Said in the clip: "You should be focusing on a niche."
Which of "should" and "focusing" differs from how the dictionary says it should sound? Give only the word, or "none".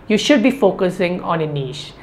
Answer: none